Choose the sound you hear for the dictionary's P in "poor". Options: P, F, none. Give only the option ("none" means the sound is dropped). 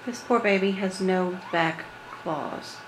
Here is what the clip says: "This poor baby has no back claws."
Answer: P